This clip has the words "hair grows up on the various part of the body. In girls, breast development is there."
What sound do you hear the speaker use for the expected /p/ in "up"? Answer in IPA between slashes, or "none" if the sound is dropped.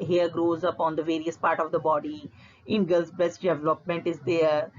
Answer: /p/